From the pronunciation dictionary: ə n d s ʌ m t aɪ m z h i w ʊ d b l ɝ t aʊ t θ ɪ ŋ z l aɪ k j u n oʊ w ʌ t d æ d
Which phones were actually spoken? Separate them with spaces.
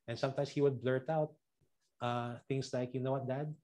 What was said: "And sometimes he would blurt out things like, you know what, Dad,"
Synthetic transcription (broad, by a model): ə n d s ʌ m t aɪ m s h i w ʊ d b l ɝ t aʊ t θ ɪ ŋ s l aɪ k j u n oʊ w ʌ t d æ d